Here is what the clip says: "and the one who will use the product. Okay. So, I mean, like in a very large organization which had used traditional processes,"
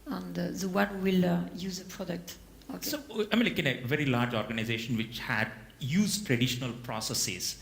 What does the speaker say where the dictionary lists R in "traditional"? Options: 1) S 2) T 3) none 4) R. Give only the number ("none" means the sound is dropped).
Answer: 4